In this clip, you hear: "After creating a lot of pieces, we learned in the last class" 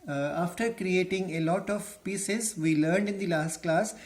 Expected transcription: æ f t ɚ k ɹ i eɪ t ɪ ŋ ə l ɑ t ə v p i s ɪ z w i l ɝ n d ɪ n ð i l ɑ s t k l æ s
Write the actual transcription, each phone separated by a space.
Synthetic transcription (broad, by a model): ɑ f t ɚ k ɹ i eɪ t ɪ ŋ ə l ɑ t ə v p i s ɪ z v i l ɝ n d ɪ n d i l ɑ s t k l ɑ s